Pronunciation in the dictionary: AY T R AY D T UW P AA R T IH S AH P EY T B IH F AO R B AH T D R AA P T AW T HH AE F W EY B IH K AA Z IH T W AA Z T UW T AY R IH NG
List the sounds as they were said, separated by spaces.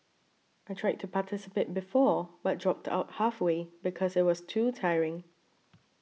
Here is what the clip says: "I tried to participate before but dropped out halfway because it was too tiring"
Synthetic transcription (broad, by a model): AY T R AY D T UW P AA T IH S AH P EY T B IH F AO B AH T D R AA P T AW T HH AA F W EY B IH K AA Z IH T W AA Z T UW T AY R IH NG